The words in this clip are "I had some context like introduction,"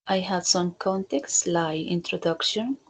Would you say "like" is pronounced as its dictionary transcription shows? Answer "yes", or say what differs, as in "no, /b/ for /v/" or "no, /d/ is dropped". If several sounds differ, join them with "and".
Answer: no, /k/ is dropped